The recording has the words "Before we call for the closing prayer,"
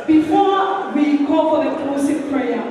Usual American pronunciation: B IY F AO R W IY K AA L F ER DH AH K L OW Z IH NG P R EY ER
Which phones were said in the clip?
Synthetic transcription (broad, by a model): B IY F AO W IY K AA L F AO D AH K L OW S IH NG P R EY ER